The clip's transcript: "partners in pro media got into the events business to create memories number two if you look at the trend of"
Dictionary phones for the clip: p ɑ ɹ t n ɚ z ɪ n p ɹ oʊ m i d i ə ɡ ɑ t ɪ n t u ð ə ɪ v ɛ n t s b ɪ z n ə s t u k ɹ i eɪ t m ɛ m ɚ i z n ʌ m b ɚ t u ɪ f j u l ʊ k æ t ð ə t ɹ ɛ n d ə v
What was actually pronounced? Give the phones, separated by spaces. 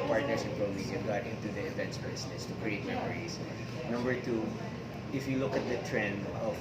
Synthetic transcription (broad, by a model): p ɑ ɹ t n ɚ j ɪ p ɹ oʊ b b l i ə ɡ ɑ t ɪ n t u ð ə ɪ v ɛ n t s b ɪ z n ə s t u k ɹ i eɪ t m ɛ m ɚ i s n ʌ m b ɚ t u ɪ f j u l ʊ k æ t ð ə t ɹ ɛ n d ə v